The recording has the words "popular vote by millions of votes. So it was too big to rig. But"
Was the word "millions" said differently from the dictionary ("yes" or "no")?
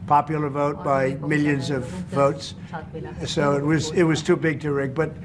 no